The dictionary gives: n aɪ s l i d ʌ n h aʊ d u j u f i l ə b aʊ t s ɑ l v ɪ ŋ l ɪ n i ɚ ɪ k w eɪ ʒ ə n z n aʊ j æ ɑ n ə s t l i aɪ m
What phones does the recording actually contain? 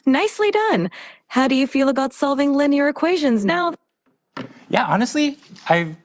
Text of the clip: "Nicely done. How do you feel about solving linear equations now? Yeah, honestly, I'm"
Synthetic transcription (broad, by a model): n aɪ s l i d ʌ n h aʊ d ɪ j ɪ f i l ə b aʊ t s ɑ l v ɪ ŋ l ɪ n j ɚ ɪ k w eɪ ʒ ə n z n aʊ j æ ɑ n ə s t l i aɪ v